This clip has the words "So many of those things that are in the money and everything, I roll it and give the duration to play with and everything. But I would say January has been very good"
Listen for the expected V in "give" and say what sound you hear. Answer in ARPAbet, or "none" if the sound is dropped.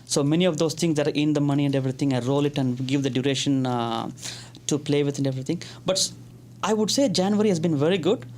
V